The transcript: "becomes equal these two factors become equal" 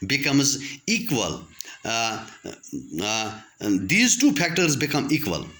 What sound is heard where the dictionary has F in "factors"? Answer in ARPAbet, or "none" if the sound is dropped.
P